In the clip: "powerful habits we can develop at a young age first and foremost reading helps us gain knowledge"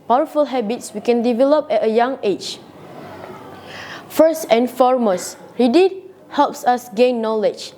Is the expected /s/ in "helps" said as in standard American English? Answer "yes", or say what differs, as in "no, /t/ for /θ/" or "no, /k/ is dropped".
yes